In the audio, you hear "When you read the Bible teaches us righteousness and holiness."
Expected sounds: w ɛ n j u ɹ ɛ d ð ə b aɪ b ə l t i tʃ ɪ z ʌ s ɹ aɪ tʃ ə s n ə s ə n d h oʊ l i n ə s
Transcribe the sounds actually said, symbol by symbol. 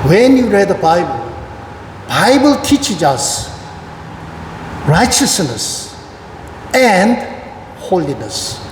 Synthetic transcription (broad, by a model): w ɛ n j u ɹ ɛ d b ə b aɪ b ə l t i tʃ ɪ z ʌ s ɹ aɪ tʃ ə s n ə s ə n d h oʊ l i n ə s